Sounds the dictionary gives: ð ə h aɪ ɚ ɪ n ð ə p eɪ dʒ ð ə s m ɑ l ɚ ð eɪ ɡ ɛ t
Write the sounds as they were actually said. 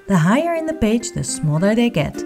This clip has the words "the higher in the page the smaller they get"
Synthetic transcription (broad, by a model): ð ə h aɪ ɚ ɪ n ð ə b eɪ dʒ ð ə s m ɑ l ɚ ð eɪ ɡ ɛ t